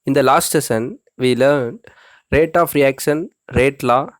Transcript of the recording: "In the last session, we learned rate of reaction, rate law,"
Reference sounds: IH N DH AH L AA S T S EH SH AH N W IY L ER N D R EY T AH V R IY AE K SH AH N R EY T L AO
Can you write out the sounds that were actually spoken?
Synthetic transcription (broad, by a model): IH N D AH L AA S T S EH S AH N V IY L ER N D R EY T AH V R IY AE K SH AH N R EY T L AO